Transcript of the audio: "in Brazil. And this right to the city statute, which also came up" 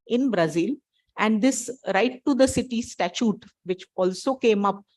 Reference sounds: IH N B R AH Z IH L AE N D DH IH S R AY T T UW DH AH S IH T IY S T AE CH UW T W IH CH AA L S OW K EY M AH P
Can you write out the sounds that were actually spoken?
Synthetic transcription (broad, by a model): IH N B R AH Z IH L AE N D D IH S R AY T T UW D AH S IH T IY S T AE CH UW T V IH CH AA L S OW K EY M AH P